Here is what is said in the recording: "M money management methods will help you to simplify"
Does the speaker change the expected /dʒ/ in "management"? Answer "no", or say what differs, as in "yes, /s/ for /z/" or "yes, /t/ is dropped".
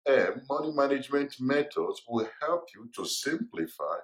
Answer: no